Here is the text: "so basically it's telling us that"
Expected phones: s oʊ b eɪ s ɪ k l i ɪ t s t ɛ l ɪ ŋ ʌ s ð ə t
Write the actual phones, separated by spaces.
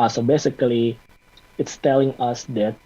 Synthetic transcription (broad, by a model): s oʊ b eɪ s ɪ k l i ɪ t s t ɛ l ɪ ŋ ʌ s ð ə t